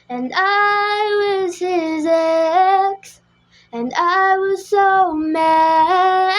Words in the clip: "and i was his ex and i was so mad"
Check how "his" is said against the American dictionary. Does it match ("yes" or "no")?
yes